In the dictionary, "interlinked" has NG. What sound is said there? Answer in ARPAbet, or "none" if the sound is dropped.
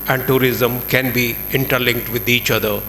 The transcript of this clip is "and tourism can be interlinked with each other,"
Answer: NG